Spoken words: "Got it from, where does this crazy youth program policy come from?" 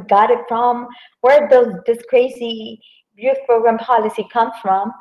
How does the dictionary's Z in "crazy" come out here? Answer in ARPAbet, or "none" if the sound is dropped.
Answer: S